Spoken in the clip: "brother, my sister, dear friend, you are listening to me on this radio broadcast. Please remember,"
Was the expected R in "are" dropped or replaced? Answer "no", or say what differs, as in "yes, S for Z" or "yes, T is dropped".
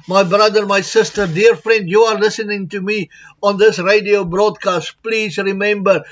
no